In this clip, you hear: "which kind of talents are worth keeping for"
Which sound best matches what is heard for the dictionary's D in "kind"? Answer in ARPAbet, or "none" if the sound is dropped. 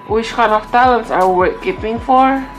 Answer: none